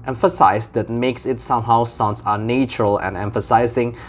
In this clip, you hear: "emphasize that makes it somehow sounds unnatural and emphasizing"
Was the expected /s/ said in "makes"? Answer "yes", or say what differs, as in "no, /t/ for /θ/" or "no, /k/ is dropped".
yes